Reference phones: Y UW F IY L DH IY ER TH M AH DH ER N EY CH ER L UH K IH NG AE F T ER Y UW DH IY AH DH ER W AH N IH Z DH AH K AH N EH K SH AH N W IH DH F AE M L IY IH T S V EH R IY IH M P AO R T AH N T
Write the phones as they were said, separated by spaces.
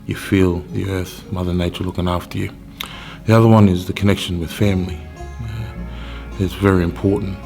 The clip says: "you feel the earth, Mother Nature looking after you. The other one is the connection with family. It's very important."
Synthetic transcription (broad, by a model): Y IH F IY L DH IY ER TH M AH DH ER N EY CH ER L UH K IH NG AE F T ER Y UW DH IY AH DH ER W AH N IH Z DH AH K AH N EH K SH AH N W IH DH F AE M L IY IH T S V EH R IY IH M P AO R T N T